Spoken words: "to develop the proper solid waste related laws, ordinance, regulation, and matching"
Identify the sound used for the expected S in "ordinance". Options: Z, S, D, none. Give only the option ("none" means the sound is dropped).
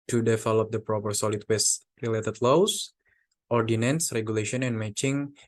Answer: S